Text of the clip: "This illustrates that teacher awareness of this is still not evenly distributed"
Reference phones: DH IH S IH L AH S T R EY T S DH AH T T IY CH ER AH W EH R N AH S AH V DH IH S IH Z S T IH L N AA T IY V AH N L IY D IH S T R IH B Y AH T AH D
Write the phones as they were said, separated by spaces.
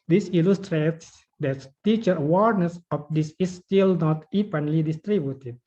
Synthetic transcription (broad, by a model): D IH S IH L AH S T R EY T S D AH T T IY CH ER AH W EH R N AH S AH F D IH S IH S T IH L N AA T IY P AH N L IY D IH S T R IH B Y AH T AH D